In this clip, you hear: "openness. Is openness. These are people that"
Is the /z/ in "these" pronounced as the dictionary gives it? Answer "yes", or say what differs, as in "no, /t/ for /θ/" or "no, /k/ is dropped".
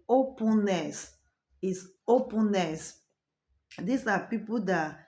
no, /s/ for /z/